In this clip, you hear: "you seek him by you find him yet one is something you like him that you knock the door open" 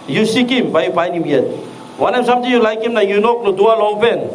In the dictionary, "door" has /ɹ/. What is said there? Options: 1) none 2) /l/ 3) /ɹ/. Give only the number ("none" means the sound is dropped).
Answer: 2